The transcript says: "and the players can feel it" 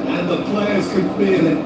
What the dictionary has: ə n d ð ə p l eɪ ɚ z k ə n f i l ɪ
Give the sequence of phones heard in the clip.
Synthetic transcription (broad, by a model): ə n ð ə p l eɪ ɚ z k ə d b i n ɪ